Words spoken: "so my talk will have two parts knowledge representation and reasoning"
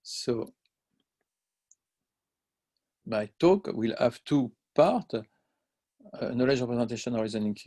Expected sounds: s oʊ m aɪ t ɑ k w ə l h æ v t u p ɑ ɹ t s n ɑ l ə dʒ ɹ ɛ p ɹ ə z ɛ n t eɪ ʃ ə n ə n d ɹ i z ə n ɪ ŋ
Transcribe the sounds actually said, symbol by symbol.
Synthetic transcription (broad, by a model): s oʊ m aɪ t ɑ k w ə l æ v t u p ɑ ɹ t n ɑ l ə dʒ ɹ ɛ p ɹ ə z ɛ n t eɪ ʃ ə n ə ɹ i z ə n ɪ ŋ